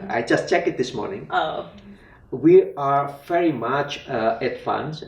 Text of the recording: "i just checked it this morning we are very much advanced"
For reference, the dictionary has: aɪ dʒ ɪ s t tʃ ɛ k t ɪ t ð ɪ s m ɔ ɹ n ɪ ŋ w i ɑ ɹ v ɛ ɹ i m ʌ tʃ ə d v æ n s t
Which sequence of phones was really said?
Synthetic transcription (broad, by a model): aɪ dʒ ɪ s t tʃ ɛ k ɪ t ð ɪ s m ɔ ɹ n ɪ ŋ w i ɑ ɹ v ɛ ɹ i m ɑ tʃ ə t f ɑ n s